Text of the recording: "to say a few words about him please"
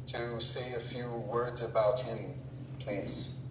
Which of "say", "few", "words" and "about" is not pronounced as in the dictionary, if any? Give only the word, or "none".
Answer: none